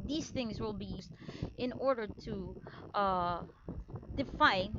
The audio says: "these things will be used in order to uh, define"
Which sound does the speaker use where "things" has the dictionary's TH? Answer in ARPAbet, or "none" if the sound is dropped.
TH